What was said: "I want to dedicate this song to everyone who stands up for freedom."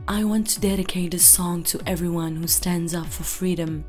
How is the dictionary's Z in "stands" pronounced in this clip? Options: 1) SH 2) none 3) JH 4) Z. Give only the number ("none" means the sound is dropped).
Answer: 4